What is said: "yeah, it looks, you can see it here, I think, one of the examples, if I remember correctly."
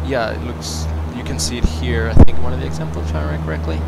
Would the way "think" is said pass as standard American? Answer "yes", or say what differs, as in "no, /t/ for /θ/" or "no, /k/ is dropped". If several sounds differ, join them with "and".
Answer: yes